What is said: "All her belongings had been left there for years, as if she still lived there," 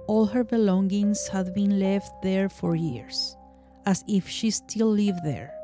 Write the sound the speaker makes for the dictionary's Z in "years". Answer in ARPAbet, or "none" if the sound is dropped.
S